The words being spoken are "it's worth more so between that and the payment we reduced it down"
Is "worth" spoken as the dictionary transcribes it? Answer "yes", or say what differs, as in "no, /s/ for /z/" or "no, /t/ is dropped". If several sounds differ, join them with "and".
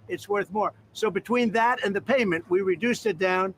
yes